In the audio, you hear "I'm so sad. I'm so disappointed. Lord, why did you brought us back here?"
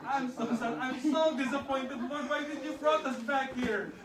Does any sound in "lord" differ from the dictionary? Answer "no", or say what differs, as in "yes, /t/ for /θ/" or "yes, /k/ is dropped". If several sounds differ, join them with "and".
yes, /w/ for /l/